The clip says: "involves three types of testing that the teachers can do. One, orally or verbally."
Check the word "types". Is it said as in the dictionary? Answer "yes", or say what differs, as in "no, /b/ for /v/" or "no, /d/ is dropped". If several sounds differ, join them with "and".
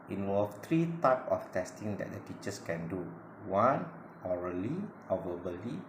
no, /s/ is dropped